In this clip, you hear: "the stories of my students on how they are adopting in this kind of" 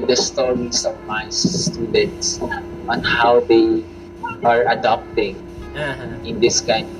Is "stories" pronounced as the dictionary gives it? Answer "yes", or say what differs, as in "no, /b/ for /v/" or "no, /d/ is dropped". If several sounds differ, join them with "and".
no, /s/ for /z/